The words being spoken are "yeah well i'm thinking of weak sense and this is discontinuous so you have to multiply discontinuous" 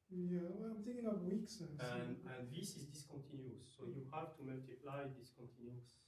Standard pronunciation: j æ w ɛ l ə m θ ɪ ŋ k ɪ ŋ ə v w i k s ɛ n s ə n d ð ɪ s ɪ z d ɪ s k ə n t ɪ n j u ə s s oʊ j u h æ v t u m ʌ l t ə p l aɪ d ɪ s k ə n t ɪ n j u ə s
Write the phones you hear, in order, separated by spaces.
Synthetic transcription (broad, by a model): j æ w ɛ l ə m t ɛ k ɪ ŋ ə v w i k s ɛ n ə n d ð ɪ s ɪ z d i s k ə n t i n j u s s oʊ j u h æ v t u m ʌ l t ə p l aɪ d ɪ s k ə n t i n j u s